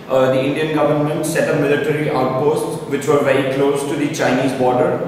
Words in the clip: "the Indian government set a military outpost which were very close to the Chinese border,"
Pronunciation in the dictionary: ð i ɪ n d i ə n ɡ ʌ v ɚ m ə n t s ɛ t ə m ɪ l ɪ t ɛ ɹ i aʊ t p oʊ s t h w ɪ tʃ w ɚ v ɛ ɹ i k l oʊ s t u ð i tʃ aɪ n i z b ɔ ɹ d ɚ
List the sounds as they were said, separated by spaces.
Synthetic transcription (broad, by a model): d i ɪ n d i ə n ɡ ʌ v ɚ m ə n t s ɛ t ə m ɪ l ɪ t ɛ ɹ i aʊ t p oʊ s t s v ɪ tʃ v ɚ v ɛ ɹ i k l oʊ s t u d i tʃ aɪ n i z b ɔ ɹ d ɚ